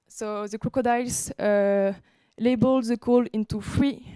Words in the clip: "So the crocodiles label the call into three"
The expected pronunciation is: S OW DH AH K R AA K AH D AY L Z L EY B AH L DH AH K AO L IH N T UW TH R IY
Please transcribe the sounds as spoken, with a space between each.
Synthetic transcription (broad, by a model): S OW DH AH K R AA K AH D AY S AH L EY B AH L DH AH K AO L IH N T UW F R IY